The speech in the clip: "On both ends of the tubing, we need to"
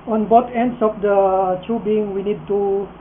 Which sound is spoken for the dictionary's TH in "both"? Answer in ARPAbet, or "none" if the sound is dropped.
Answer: T